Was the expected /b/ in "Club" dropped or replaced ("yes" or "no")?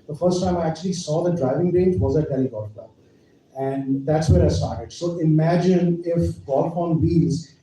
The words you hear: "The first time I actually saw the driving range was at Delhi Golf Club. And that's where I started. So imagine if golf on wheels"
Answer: yes